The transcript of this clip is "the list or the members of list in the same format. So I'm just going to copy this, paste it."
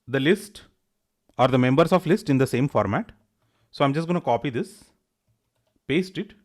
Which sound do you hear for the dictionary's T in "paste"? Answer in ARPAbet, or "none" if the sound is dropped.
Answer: T